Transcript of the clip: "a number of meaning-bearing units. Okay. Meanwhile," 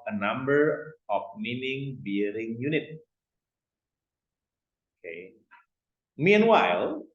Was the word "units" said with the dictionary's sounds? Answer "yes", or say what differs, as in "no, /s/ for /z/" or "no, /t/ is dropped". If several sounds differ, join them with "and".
no, /s/ is dropped